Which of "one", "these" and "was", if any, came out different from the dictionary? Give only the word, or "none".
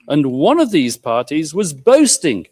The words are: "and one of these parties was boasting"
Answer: none